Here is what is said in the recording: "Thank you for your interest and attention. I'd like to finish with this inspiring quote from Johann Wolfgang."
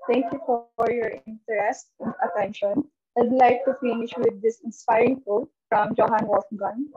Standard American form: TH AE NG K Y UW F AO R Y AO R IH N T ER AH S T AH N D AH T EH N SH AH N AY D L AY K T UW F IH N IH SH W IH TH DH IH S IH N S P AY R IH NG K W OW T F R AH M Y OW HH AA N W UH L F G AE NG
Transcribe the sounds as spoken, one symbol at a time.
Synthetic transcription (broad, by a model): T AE NG K Y UW F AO R Y AO R IH N T ER AH S T AH N D AH T EH N SH AH N AY D L AY K T UW F IH N IH SH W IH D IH S IH N S P AY R IH NG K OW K F R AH M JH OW HH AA N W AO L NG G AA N